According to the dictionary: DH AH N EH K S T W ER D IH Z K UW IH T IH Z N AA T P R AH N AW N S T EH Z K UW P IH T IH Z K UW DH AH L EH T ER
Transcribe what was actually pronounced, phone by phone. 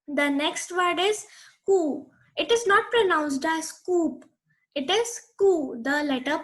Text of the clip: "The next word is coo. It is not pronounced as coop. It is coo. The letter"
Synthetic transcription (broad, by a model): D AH N EH K S T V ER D IH Z K UW IH T IH Z N AA T P R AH N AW N S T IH S K UW P IH T IH Z K UW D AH L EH T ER